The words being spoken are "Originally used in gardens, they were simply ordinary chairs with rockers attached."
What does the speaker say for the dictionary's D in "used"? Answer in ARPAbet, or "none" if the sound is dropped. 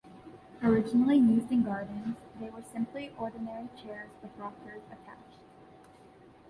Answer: none